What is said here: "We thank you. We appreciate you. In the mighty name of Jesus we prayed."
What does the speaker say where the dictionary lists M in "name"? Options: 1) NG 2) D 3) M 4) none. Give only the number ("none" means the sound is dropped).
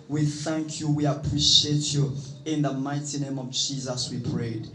3